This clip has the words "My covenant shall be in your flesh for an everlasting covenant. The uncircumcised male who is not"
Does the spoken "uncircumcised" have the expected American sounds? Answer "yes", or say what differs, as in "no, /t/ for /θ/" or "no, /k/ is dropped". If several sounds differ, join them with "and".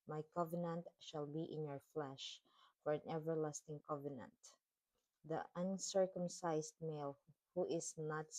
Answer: no, /s/ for /z/